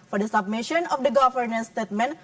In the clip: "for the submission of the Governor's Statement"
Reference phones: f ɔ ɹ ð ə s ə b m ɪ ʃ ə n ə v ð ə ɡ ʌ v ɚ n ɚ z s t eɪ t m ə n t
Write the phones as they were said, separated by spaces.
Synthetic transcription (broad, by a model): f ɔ ɹ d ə s ə b m ɪ ʃ ə n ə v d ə ɡ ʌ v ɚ n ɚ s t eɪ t m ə n